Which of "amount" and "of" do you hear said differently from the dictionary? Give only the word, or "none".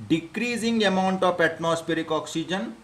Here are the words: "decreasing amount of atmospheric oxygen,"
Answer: of